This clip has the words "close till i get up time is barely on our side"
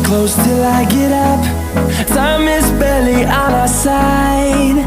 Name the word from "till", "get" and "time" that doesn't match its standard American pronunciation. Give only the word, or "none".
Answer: time